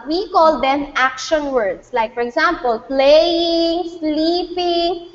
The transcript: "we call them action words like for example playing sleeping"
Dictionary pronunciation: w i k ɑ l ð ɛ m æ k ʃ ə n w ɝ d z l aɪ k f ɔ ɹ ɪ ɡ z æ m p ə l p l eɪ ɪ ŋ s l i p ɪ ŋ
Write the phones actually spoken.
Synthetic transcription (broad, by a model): w i k ɑ l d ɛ m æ k ʃ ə n w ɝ d s l aɪ k f ɔ ɹ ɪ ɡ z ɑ m p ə l p l eɪ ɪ ŋ s l i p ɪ ŋ